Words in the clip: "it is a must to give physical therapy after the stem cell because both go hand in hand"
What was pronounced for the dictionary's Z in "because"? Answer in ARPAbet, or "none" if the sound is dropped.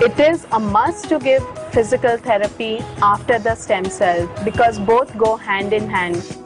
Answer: Z